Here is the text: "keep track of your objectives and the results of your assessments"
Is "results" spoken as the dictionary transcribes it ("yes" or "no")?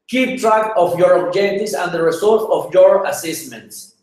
no